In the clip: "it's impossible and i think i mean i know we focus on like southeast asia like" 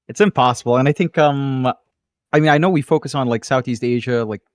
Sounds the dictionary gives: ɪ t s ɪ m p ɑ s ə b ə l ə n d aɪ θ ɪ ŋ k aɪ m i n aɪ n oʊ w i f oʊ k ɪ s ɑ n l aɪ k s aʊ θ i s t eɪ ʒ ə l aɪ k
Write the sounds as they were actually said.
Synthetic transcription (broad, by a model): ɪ t s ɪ m p ɑ s ə b l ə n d aɪ θ ɪ ŋ k aɪ m i n aɪ n oʊ w i f oʊ k ɪ s n l aɪ k s aʊ θ i s t eɪ ʒ ə l aɪ k